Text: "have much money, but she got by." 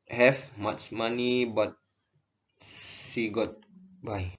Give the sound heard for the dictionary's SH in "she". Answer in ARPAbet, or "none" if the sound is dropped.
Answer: S